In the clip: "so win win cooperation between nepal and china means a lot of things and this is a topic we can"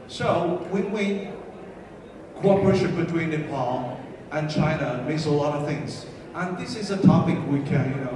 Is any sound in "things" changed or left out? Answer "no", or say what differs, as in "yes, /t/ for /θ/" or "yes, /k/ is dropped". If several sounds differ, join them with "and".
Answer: no